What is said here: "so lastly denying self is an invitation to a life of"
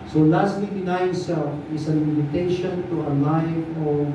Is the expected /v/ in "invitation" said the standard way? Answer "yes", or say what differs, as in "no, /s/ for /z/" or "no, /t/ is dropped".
no, /v/ is dropped